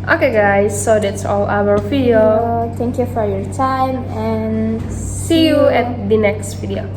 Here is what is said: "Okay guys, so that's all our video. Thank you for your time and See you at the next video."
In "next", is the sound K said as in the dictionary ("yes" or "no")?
yes